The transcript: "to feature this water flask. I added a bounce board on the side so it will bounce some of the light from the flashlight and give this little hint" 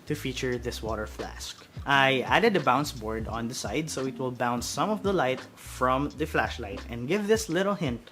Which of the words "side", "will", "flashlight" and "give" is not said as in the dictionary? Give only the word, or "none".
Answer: none